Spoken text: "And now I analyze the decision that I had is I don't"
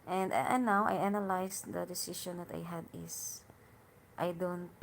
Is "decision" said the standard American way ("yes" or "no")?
no